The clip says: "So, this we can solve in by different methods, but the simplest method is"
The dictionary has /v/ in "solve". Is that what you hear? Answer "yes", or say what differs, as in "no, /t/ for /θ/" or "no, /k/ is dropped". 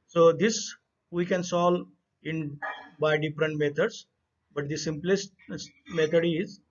no, /v/ is dropped